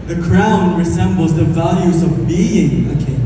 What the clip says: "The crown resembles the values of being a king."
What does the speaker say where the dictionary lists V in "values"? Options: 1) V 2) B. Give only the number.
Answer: 1